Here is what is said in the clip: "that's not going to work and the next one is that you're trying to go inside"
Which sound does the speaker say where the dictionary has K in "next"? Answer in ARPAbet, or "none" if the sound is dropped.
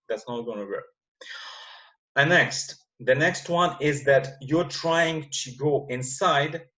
K